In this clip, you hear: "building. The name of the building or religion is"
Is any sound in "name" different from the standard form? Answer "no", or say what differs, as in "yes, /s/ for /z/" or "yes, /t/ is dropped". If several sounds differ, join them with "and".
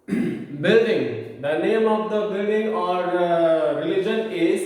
no